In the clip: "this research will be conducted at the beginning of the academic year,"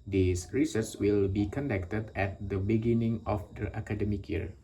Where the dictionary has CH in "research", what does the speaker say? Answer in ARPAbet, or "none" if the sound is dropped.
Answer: S